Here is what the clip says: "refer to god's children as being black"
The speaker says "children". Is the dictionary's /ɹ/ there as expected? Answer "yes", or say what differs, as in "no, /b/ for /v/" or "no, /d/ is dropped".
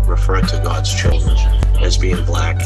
yes